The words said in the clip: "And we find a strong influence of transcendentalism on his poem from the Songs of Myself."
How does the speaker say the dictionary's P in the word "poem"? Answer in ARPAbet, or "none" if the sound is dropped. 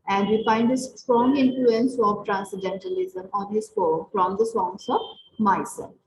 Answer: F